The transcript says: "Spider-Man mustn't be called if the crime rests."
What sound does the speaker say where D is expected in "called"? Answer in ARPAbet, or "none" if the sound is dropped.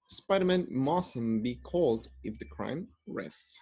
D